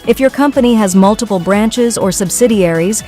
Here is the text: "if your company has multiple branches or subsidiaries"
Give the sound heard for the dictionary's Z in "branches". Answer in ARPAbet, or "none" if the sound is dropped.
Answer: Z